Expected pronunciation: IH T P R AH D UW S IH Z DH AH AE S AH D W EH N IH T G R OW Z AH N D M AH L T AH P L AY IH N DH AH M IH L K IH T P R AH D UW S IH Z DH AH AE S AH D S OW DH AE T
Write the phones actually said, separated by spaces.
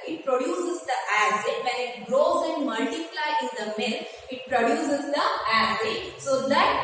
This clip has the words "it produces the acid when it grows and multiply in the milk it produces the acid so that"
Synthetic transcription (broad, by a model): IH T P R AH D UW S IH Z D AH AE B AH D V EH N IH T G R OW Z AH N D M AH L T AH P L AY IH N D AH M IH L IH T P R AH D UW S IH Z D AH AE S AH S OW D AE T